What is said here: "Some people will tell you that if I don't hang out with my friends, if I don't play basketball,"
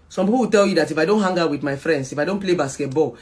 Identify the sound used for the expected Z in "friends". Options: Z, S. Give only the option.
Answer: S